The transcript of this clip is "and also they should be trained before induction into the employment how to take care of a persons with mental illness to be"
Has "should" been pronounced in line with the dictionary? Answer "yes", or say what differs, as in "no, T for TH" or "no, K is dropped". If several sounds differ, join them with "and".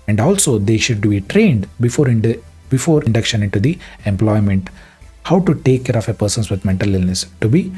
yes